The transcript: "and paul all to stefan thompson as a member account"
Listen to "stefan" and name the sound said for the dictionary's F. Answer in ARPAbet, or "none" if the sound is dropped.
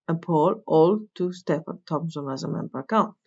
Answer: P